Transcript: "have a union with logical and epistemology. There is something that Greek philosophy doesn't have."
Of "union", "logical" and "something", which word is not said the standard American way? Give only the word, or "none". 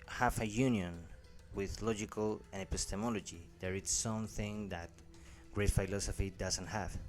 none